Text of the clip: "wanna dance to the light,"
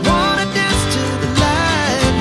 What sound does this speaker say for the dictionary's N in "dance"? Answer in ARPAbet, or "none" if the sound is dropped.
none